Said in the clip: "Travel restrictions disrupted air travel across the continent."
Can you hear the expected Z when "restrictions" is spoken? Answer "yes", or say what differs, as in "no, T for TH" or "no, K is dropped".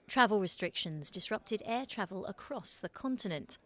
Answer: yes